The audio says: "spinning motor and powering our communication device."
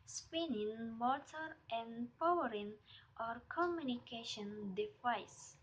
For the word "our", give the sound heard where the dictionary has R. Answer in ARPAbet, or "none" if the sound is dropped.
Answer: R